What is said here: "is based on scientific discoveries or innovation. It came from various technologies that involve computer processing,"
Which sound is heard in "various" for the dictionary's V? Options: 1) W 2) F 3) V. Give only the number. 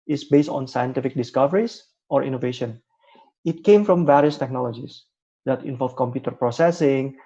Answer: 3